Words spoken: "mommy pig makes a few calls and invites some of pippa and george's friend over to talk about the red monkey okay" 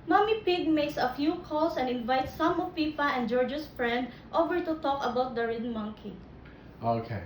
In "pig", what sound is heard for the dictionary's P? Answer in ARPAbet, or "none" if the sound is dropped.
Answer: P